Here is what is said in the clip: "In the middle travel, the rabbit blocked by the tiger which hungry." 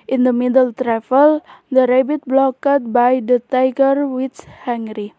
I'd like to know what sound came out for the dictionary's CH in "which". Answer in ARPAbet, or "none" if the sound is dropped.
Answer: S